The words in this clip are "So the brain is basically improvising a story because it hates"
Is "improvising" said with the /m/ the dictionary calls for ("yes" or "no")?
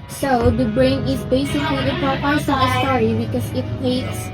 no